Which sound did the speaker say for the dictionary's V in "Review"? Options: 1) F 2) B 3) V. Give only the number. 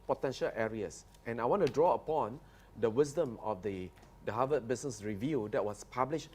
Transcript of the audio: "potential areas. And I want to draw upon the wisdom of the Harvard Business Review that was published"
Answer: 3